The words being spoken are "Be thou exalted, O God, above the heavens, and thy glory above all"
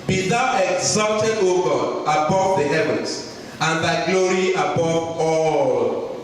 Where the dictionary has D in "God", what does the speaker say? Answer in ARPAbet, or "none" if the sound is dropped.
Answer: none